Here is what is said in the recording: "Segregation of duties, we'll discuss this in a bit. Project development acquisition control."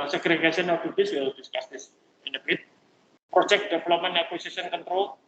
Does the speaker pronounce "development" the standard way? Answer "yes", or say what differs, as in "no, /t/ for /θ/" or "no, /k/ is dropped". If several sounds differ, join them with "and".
no, /t/ is dropped